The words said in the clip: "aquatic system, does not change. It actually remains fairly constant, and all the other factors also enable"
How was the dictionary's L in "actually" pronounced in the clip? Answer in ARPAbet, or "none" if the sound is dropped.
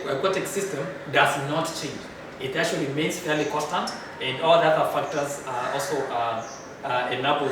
none